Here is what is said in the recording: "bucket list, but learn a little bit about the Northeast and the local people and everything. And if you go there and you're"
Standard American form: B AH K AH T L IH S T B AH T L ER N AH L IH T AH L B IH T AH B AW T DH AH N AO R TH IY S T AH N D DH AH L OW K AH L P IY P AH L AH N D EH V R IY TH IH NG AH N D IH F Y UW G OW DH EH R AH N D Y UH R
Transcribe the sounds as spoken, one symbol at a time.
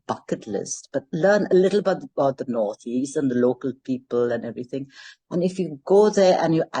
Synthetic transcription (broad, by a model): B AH K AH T L IH S T B AH T L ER N AH L IH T AH B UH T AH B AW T DH AH N AO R TH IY S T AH N DH AH L OW K AH L P IY P AH L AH N EH V R IY TH IH NG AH N IH F Y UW G OW DH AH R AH N Y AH